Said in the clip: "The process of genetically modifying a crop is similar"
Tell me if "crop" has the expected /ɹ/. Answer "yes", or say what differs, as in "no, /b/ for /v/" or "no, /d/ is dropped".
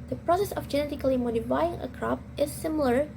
yes